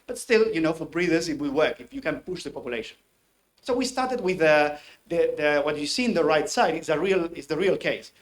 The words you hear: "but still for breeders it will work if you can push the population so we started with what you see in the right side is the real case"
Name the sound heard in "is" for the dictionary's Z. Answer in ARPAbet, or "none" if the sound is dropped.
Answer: S